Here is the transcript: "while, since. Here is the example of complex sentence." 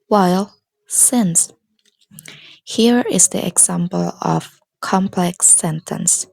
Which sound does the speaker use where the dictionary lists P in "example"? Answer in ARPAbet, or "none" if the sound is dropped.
P